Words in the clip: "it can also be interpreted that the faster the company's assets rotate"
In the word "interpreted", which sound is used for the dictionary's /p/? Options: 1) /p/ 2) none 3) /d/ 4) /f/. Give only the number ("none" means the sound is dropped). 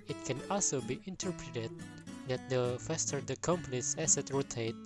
1